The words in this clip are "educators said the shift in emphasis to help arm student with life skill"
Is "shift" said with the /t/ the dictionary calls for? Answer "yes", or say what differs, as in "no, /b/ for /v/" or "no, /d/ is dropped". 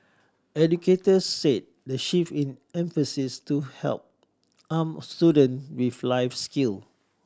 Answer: no, /t/ is dropped